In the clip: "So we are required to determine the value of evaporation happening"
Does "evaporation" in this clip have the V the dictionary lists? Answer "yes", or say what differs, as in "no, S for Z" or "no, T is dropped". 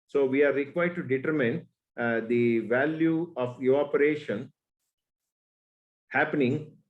no, V is dropped